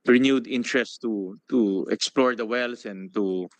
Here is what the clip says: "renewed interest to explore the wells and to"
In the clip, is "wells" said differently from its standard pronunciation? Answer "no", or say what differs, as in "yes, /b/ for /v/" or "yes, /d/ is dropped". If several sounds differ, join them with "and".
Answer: yes, /s/ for /z/